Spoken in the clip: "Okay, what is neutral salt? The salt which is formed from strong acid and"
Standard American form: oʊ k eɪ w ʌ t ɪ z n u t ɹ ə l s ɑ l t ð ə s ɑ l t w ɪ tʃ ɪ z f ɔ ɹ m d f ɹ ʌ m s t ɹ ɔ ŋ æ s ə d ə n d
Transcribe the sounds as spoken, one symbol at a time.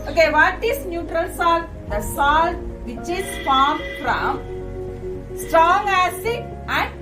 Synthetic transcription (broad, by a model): oʊ k eɪ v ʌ t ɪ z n u t ɹ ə l s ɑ l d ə s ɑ l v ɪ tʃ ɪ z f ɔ ɹ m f ɹ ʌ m s t ɹ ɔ ŋ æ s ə ə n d